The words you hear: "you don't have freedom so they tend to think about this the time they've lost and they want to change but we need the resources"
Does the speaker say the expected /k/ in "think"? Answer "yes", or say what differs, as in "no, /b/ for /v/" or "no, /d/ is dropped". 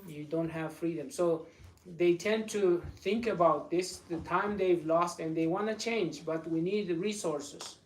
yes